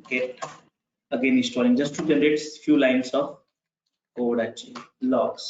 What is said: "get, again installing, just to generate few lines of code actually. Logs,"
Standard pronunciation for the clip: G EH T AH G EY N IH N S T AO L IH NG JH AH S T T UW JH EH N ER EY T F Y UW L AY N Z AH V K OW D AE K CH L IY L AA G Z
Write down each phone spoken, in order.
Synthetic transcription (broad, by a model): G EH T AH G EY N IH S T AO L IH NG JH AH S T T UW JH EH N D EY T F Y UW L AY N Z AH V K OW D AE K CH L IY L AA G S